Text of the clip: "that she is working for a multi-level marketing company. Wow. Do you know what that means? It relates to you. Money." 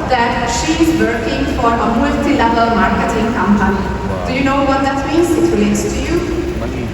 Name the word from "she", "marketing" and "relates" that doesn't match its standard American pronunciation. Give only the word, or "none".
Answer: none